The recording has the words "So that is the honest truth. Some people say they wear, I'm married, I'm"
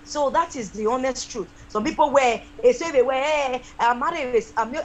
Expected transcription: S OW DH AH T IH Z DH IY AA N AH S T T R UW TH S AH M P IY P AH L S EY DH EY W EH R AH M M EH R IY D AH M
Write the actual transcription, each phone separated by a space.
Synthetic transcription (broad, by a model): S OW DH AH T IH Z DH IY AA N AH S T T R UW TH S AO M P IY P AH W S EY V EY W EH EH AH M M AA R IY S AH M